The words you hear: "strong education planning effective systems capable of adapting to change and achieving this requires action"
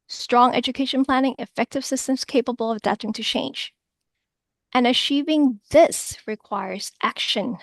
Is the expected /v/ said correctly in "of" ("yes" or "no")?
yes